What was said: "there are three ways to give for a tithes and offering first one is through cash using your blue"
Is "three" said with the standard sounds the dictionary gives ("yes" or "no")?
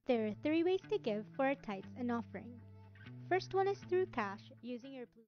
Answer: yes